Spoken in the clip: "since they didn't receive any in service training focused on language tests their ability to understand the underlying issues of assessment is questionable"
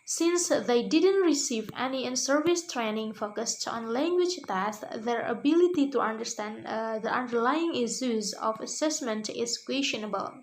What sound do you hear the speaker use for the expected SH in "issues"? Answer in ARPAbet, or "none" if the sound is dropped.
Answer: S